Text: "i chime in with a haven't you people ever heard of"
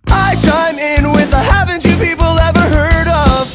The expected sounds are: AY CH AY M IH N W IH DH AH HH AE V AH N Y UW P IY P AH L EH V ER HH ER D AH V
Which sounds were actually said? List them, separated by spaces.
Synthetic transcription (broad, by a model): AY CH AY M IH N W IH DH AH HH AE V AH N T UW P IY P L EH V ER HH ER D AH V